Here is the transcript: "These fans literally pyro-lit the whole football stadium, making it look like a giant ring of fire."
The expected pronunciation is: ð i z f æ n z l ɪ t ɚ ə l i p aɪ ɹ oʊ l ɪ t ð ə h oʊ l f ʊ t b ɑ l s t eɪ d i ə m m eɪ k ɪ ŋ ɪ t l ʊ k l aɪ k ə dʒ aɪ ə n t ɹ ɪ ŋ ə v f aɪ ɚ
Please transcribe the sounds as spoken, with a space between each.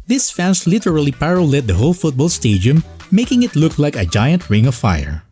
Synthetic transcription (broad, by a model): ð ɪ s f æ n s l ɪ t ɚ ə l i p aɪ ɹ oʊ l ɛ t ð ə h oʊ l f ʊ t b ɑ l s t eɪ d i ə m m eɪ k ɪ ŋ ɪ t l ʊ k l aɪ k ə dʒ aɪ ə n t ɹ ɪ ŋ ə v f aɪ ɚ